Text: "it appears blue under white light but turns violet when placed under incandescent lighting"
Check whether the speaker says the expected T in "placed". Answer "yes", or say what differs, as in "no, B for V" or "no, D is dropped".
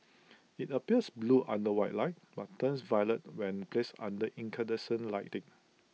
no, T is dropped